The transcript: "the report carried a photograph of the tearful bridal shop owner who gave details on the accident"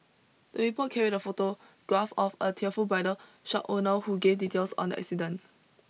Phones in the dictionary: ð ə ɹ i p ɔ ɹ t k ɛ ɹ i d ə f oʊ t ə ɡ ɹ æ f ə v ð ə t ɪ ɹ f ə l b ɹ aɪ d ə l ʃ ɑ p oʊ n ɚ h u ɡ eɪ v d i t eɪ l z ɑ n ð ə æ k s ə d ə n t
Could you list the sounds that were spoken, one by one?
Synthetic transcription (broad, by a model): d ə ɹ i p ɔ t k ɛ ɹ i d ə f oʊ t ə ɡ ɹ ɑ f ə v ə t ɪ f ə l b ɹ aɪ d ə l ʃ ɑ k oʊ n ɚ h u ɡ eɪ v d i t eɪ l s ɑ n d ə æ k s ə d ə n